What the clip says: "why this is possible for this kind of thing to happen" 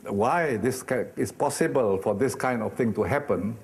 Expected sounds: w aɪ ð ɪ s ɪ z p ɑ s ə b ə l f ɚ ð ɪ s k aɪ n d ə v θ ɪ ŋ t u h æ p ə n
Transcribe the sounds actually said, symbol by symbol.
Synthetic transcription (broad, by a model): w aɪ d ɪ s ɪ s p ɑ s ə b ə l f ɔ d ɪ s k aɪ n d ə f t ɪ ŋ t u h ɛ p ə n